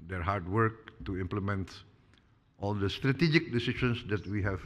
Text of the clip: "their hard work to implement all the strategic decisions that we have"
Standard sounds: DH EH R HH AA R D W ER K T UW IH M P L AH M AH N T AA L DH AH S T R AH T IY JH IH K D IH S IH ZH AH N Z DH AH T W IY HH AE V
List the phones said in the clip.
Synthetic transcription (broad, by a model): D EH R HH AA R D W ER K T UW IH M P L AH M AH N T AA L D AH S T R AH T IY JH IH K D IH S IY SH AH N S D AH T W IY HH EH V